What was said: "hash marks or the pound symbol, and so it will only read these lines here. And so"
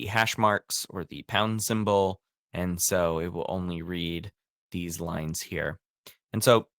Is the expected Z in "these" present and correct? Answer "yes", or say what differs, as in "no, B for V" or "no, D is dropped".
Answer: yes